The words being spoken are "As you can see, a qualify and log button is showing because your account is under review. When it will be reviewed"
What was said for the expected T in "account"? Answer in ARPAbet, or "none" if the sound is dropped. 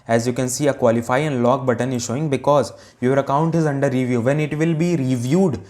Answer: T